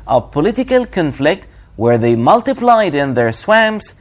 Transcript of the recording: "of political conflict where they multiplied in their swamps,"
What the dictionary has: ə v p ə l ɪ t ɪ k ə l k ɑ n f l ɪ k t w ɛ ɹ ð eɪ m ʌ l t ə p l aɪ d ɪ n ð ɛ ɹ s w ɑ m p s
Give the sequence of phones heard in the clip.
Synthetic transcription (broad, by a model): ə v p ə l ɪ t ɪ k ə l k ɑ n f l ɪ k t w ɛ ɹ ð eɪ m ʌ l t ə p l aɪ d ɪ n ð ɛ ɹ s w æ m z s